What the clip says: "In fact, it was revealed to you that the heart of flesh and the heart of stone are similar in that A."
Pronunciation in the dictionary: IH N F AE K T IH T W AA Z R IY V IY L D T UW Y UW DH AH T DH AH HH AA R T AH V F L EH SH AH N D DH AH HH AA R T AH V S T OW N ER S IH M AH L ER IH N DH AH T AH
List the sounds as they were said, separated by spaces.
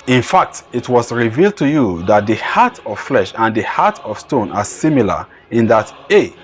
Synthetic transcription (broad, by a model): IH N F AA K T IH T W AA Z R IY V IY L D T UW Y UW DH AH T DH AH HH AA T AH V F L EH SH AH N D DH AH HH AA T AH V S T OW N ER S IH M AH L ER IH N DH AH T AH